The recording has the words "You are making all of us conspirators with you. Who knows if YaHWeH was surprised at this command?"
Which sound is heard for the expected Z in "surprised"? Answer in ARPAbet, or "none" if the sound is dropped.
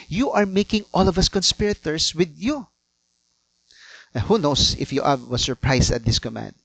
S